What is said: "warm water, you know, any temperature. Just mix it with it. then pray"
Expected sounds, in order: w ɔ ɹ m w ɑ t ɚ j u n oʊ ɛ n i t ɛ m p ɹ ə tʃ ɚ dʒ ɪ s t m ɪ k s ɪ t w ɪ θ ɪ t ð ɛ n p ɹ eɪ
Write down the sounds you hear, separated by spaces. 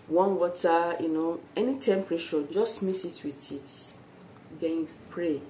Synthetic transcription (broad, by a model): w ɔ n w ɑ t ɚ j u n oʊ ɛ n i t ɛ m p ɹ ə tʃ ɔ dʒ ɪ s t m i s ɪ t w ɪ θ ɪ t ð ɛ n p ɹ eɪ